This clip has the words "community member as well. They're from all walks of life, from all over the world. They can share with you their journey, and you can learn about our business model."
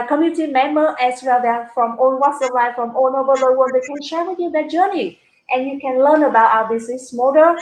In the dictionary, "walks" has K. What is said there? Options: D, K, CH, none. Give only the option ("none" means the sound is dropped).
none